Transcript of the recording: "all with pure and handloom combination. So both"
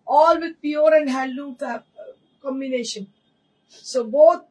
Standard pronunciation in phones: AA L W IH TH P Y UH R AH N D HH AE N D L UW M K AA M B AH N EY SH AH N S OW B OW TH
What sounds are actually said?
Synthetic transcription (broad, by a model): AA L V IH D P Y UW R AH N D HH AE L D UW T K AA M B AH N EY SH AH N S OW B OW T